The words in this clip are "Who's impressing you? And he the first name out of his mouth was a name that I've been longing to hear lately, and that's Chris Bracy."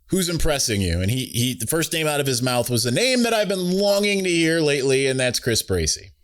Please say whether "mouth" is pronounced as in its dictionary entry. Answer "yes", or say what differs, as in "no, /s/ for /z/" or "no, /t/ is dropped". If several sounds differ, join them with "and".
yes